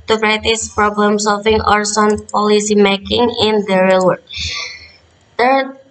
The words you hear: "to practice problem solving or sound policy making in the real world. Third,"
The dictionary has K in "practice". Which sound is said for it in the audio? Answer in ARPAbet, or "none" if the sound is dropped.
none